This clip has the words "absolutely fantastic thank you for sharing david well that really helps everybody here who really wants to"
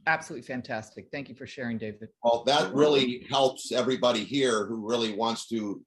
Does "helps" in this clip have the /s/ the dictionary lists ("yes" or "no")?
yes